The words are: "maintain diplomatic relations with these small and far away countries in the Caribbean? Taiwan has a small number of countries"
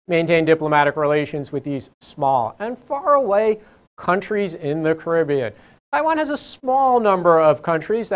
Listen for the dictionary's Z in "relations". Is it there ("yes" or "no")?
yes